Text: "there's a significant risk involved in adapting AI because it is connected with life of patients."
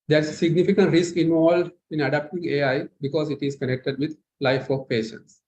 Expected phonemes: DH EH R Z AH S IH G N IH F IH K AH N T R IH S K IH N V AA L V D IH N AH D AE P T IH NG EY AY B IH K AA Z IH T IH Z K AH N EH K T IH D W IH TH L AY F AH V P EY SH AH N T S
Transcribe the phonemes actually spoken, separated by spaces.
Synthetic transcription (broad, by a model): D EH R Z AH S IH G N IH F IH K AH N T R IH S K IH N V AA L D IH N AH D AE P T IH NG EY AY B IH K AA Z IH T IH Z K AH N EH K T IH D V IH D L AY F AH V P EY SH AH N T S